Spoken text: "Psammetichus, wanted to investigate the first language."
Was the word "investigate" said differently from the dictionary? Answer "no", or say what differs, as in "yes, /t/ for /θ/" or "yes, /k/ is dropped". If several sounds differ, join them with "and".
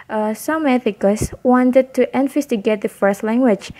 yes, /f/ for /v/